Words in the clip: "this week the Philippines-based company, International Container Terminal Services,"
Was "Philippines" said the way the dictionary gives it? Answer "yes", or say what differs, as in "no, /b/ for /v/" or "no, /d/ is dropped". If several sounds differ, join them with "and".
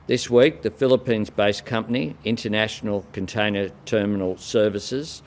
yes